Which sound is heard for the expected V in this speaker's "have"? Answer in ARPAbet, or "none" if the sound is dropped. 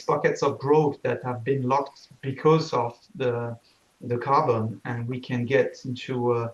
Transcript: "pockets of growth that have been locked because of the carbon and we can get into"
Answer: V